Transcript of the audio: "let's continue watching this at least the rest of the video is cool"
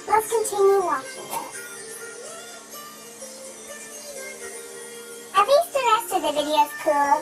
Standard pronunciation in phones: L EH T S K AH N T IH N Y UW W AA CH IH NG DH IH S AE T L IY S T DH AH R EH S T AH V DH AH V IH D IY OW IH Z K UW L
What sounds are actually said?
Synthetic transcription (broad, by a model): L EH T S K AH N T IH N Y UW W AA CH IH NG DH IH AE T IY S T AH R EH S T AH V DH AH V IH D IY OW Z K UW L